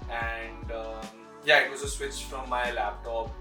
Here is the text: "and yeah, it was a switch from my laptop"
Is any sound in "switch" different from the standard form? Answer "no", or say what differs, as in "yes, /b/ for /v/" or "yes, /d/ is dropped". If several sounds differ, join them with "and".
no